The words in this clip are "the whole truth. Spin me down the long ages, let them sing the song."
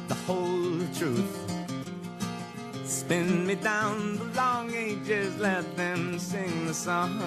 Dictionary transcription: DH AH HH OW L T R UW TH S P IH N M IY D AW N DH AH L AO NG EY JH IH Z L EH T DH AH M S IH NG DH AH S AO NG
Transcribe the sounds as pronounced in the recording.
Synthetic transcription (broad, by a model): DH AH HH OW L T R UW TH S P IH N M IY D AW N DH AH L AO NG EY JH IH Z L EH T DH AH M S IH NG DH AH S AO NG